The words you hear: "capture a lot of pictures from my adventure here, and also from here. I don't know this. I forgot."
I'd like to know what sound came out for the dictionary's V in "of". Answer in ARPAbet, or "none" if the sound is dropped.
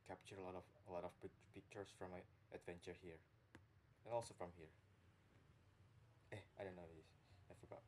P